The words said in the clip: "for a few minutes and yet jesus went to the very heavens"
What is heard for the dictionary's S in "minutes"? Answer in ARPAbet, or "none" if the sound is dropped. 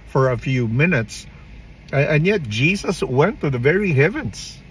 S